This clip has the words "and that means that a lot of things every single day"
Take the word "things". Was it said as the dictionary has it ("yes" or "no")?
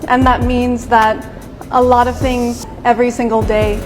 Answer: yes